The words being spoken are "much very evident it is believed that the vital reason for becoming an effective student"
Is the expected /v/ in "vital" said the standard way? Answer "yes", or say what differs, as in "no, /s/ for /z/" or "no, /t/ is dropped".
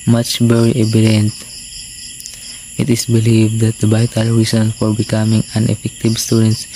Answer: no, /b/ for /v/